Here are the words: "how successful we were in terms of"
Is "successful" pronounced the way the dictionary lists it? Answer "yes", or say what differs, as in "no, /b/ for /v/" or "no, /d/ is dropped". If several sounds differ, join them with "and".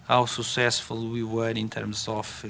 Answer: no, /k/ is dropped